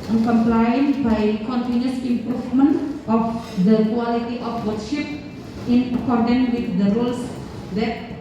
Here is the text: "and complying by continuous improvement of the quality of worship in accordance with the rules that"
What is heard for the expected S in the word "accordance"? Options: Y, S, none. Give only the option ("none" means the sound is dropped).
none